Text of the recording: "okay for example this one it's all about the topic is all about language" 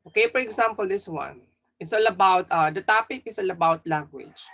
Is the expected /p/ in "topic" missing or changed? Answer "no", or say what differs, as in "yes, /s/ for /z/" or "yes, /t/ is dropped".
no